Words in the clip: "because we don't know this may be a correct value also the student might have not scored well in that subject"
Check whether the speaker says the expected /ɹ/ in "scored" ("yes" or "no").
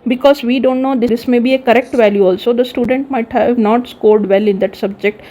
yes